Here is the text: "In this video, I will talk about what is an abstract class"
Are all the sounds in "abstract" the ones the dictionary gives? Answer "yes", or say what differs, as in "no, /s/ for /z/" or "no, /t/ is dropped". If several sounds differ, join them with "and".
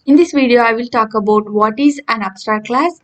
no, /ɹ/ is dropped and /k/ is dropped